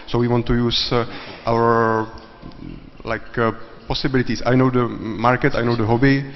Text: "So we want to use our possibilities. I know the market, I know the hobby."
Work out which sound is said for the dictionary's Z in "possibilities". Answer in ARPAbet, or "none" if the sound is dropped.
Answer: S